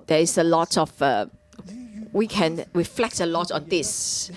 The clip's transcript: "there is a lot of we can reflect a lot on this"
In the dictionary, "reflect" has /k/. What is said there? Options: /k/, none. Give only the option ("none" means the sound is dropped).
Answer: /k/